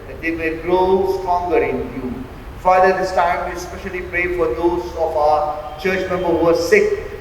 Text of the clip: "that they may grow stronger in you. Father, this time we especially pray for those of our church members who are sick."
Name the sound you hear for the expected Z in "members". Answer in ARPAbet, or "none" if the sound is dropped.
none